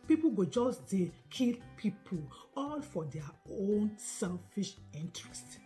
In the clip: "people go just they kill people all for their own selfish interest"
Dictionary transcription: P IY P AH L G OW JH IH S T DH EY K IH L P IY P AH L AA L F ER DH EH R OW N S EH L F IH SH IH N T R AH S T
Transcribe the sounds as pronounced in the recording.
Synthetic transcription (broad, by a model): P IY P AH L G OW JH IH S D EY K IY L P IY P AH L AA L F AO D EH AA OW N S EH L F IH SH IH N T R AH S T